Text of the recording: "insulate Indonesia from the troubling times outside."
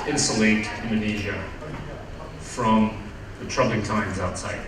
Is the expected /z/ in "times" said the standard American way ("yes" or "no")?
yes